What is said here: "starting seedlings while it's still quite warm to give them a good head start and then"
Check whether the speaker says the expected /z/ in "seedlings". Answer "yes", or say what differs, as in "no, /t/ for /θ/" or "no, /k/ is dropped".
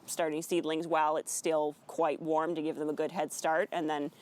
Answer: yes